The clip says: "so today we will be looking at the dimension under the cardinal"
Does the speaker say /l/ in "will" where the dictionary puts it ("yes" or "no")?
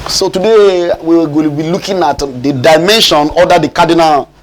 no